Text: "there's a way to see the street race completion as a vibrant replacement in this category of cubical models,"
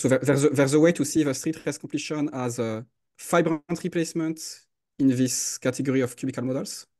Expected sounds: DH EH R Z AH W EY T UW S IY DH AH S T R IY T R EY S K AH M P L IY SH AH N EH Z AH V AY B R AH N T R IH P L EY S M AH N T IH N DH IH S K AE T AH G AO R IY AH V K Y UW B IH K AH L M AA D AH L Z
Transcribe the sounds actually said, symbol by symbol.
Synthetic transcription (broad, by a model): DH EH R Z AH W EY T UW S IY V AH S T R IY T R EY S K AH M P L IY SH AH N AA Z AH F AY B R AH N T R IH P L EY S M AH N T IH N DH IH S K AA T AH G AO R IY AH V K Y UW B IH K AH L M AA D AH L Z